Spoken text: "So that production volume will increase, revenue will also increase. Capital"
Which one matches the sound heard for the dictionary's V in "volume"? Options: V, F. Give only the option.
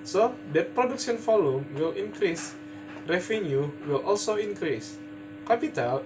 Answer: F